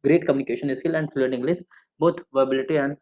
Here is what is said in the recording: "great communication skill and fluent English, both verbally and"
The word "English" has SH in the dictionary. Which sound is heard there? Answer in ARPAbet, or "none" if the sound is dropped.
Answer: S